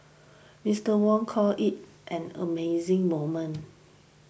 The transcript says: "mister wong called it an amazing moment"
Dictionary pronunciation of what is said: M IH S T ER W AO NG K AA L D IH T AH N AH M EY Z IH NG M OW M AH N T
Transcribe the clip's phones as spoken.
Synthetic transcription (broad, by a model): M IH S T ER W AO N K AA L IH T AH N AH M EY Z IH NG M OW M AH N